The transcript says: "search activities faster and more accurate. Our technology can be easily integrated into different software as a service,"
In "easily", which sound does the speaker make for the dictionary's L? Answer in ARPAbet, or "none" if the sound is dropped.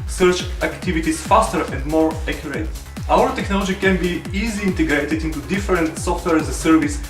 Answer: none